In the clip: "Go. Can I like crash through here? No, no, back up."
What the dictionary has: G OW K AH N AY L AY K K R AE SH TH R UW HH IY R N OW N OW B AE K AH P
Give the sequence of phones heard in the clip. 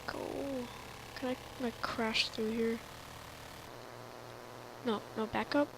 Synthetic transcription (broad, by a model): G OW K AH N AY N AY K K R AE SH TH R UW HH IY R N OW N OW B AE K AH P